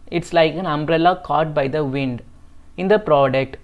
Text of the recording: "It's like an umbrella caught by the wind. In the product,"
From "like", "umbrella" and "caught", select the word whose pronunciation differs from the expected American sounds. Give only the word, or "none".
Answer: none